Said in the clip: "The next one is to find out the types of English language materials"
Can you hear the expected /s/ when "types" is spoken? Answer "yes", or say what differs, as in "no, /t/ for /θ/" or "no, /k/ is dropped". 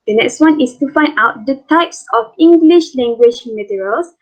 yes